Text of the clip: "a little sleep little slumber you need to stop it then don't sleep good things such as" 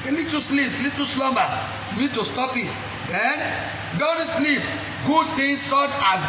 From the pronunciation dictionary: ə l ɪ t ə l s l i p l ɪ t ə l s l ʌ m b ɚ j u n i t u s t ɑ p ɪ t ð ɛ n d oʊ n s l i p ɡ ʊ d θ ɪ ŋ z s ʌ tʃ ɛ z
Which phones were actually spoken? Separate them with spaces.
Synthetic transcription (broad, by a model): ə l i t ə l s l i p l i t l s l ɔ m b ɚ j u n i t u s t ɑ p ɪ t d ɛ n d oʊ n s l i p ɡ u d t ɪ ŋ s s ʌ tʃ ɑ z